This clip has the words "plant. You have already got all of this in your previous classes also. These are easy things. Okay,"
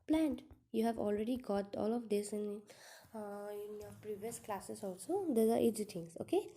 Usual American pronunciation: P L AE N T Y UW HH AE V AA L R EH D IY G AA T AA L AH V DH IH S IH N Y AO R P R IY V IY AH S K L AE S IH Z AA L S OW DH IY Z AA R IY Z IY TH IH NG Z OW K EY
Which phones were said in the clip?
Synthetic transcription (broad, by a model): P L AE N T Y UW HH AE V AA L R EH D IY G AA T AA L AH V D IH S IH N Y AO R P R IY V IY AH S K L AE S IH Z AA L S OW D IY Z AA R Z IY T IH NG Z OW K EY